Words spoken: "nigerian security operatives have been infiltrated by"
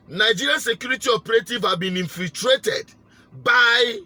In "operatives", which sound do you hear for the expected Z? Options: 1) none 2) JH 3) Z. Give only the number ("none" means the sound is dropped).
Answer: 1